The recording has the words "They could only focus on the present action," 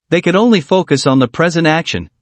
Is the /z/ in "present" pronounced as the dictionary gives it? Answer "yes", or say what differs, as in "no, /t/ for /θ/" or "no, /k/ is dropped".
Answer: yes